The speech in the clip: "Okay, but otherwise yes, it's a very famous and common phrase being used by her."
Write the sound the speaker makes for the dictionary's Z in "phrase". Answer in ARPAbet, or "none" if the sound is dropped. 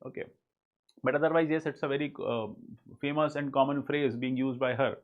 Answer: Z